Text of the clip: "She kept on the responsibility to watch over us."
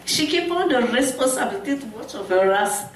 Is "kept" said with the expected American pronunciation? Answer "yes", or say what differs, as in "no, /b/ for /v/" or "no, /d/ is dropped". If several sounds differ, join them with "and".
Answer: no, /t/ is dropped